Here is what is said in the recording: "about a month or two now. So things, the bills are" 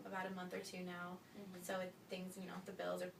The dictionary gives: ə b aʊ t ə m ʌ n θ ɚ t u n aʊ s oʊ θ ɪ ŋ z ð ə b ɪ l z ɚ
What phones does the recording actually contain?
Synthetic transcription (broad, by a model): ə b aʊ t ə m ʌ n θ ɚ t u n aʊ s oʊ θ ɪ ŋ z ð ə b ɪ l z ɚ